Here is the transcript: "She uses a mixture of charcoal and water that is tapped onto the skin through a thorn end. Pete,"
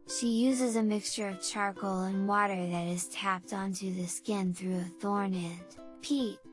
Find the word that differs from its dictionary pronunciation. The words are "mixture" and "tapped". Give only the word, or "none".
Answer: none